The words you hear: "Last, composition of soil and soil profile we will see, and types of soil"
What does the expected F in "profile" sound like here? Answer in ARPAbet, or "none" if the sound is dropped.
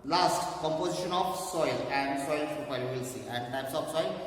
P